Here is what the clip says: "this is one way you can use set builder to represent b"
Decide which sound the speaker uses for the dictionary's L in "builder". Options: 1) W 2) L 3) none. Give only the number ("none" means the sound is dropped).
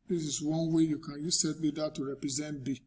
3